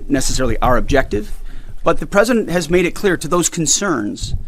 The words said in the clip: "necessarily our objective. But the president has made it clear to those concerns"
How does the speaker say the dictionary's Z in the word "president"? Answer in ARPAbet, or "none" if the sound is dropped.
Z